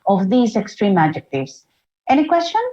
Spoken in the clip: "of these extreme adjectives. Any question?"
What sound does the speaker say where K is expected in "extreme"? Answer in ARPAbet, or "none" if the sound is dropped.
K